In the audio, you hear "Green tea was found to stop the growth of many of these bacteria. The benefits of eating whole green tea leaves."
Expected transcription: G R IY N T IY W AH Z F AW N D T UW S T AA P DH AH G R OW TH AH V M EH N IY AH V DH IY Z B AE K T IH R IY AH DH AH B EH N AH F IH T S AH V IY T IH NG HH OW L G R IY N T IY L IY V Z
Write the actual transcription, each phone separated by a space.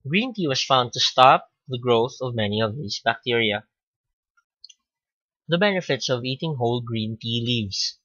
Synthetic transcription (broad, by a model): G R IY N T IY W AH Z F AW N D T UW S T AA P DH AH G R OW TH AH V M EH N IY AH V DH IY S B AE K T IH R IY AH DH AH B EH N AH F IH T S AH V IY T IH NG HH OW L G R IY N T IY L IY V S